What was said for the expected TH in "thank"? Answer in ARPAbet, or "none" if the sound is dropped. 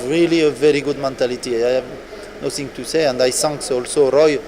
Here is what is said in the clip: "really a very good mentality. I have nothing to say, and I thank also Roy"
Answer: S